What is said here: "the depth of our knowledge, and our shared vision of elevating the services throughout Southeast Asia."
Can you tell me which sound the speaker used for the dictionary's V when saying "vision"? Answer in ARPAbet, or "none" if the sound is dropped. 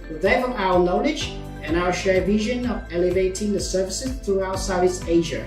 V